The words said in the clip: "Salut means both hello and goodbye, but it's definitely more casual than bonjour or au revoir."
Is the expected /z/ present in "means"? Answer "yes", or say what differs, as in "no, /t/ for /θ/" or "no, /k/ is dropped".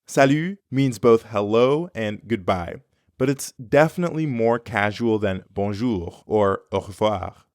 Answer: yes